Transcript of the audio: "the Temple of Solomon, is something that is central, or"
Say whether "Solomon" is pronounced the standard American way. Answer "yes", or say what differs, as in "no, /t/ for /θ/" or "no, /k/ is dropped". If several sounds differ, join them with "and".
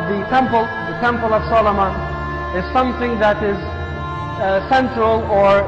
no, /n/ is dropped